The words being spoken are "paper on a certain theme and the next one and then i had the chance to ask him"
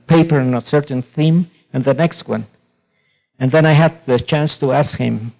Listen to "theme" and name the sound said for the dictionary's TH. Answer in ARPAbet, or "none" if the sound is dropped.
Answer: TH